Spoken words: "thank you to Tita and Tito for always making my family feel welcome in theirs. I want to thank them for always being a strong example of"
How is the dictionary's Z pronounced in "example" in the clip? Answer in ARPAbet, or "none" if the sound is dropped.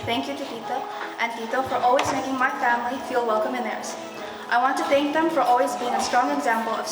Z